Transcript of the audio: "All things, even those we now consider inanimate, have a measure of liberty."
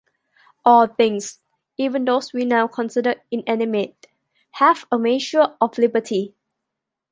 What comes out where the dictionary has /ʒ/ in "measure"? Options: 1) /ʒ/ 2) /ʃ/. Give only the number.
2